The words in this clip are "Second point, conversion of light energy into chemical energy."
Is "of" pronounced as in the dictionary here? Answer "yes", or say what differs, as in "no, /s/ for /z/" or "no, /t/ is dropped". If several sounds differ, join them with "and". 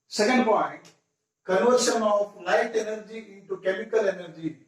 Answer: no, /p/ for /v/